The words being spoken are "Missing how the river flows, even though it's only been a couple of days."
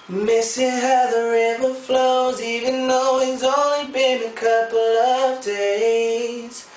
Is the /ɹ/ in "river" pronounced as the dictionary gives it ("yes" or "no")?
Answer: yes